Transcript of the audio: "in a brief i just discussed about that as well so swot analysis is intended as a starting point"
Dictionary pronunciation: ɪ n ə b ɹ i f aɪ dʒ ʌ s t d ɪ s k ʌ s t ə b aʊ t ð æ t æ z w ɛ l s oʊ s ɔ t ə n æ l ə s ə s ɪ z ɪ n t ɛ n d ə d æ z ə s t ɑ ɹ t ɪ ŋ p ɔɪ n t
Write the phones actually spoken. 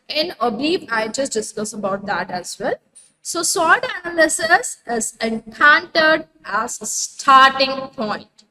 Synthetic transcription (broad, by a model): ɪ n ə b i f aɪ dʒ ʌ s t d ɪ s k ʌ s ə b aʊ t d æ t æ z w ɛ l s oʊ s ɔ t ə n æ l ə s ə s ɪ z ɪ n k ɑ n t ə d æ z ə s t ɑ ɹ t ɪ ŋ p ɔɪ n t